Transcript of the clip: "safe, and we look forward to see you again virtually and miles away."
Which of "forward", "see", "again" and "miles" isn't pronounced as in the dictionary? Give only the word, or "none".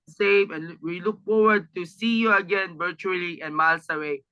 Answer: miles